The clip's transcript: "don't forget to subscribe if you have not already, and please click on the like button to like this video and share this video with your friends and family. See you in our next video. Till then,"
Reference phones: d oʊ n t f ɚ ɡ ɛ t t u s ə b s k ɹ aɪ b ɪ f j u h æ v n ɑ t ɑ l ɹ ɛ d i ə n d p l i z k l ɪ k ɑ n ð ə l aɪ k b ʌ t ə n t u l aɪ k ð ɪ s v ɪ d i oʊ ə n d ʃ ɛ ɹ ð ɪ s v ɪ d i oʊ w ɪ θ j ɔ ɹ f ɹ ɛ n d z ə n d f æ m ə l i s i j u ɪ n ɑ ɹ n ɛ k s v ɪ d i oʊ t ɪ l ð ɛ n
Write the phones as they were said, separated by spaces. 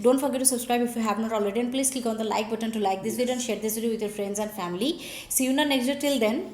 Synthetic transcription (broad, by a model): d oʊ n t f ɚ ɡ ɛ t t u s ə b s k ɹ aɪ b ɪ f j u h æ v n ɑ t ɑ l ɹ ɛ d i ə n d p l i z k ɪ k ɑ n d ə l aɪ k b ʌ t ə n t u l aɪ k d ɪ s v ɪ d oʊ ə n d ʃ ɛ ɹ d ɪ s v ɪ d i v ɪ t j ɔ ɹ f ɹ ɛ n d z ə n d f æ m ə l i s i j u n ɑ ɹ n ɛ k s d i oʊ t ɪ l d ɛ n